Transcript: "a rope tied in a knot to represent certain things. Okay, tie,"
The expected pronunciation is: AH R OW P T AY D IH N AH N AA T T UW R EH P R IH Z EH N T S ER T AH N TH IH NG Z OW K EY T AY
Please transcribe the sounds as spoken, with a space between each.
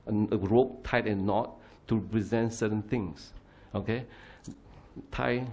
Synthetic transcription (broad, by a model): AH R OW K T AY IH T AH N AA T T UW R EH P R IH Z EH N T S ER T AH N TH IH NG S OW K EY T AY